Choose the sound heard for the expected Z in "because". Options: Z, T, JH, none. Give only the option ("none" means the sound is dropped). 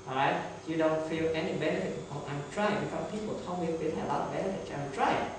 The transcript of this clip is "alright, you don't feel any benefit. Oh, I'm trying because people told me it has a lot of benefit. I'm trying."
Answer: none